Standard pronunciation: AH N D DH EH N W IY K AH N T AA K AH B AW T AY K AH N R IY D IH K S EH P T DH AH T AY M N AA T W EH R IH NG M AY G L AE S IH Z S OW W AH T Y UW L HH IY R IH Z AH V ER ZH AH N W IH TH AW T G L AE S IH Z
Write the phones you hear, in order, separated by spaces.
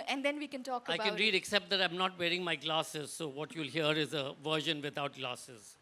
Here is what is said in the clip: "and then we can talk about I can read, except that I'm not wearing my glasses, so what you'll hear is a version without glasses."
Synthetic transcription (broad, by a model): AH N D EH N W IY K AH N T AA K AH IH AY K AH N R IY D IH K S EH P T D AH T AY M N AA T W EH R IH NG M AY G L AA S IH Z S OW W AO T Y UW L HH IY R IH Z AH V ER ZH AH N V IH T AW T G L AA S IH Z